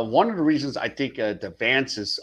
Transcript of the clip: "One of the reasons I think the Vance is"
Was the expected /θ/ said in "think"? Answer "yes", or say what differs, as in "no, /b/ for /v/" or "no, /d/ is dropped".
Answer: yes